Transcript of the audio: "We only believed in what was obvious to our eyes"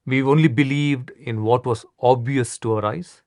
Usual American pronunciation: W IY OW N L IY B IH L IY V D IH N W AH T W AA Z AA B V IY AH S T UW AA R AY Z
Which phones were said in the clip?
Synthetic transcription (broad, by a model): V IY OW N L IY B IH L IY V D IH N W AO T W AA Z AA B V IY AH S T UW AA R AY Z